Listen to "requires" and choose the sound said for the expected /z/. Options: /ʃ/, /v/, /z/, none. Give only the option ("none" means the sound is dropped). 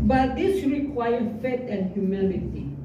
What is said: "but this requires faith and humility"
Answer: none